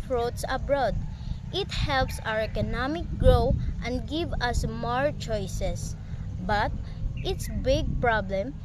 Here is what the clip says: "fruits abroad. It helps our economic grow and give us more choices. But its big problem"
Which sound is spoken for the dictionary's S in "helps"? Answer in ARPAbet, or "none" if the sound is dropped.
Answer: S